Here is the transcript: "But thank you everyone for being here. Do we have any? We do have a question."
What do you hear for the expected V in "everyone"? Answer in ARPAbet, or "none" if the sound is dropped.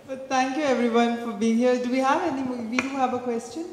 V